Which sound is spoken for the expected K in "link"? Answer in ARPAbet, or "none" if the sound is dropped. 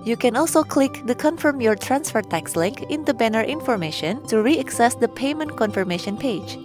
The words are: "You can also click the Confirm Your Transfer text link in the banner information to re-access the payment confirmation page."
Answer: K